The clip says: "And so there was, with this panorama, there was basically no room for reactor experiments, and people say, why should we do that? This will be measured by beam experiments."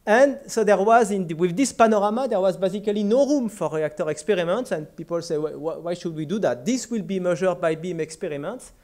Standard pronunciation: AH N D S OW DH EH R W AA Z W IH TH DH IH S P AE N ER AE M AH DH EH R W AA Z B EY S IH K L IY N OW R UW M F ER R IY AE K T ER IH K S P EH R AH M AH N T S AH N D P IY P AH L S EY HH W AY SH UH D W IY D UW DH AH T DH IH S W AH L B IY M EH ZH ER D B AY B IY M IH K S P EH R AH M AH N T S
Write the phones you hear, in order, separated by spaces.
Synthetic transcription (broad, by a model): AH N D S OW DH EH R W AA Z W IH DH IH S P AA N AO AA M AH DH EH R W AA Z B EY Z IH K L IY N OW R UW M F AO R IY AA K T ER IH K S P EH R AH M AH N T S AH N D P IY P AH L S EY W W AY SH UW D W IY D UW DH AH T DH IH S W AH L B IY M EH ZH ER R B AY B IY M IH K S P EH R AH M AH N T S